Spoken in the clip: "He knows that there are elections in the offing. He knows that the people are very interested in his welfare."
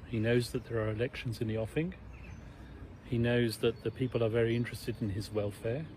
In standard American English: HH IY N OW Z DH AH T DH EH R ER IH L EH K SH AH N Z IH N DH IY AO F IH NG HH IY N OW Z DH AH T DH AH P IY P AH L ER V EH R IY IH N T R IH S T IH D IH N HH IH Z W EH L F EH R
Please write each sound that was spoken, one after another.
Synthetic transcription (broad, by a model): HH IY N OW Z DH AH T DH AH R ER IH L EH K SH AH N Z IH N DH IY AO F IH NG HH IY N OW Z DH AH T DH AH P IY P AH L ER V EH R IY IH N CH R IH S T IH D IH N IH Z W EH L F EH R